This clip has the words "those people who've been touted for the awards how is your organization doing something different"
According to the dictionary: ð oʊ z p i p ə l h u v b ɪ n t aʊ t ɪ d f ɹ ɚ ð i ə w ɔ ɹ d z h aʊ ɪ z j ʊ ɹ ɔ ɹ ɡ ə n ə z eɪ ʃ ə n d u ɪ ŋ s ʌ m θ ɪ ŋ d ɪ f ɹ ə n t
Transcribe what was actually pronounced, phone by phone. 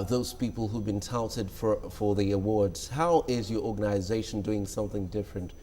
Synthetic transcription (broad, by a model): ð oʊ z p i p ə l h u v b ɪ n t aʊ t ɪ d f ɹ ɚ ð i ə w ɔ ɹ d z h aʊ ɪ z j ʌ ɹ ɔ ɹ ɡ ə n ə z eɪ ʃ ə n d u ɪ ŋ s ʌ m θ ɪ ŋ d ɪ f ɹ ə n t